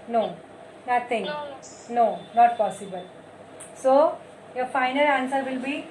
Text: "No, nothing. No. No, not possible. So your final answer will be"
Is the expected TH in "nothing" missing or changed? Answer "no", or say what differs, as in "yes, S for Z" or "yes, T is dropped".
yes, T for TH